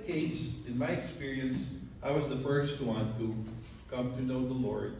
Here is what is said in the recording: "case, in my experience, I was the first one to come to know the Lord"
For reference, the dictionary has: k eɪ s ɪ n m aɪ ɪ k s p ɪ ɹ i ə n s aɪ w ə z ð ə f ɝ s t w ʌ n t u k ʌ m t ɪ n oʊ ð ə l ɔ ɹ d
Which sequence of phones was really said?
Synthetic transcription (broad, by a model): k eɪ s ɪ n m aɪ ɪ k s p ɪ ɹ i ə n s aɪ w ə z ð ə f ɝ s t w ʌ n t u k ʌ m t ɪ n oʊ ð ə l ɔ ɹ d